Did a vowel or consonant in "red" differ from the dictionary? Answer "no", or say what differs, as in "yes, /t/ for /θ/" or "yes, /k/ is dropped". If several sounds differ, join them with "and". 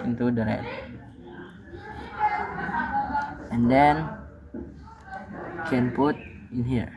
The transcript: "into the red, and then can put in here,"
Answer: yes, /d/ is dropped